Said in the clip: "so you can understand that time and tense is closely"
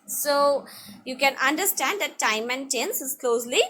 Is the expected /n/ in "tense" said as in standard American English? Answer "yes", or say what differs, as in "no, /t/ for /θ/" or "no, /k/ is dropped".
yes